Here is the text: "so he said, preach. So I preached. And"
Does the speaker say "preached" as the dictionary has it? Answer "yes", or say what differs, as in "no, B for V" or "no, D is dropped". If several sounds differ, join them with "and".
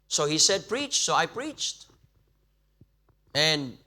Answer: yes